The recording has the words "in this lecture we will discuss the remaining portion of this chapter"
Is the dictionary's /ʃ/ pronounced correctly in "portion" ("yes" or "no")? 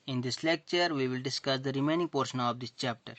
yes